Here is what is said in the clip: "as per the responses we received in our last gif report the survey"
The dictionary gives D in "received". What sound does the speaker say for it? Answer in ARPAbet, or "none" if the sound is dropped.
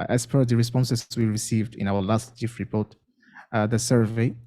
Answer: D